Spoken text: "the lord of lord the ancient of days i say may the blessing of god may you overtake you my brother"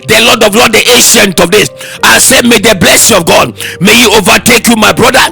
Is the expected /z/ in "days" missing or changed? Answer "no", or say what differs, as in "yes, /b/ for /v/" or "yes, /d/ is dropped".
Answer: yes, /s/ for /z/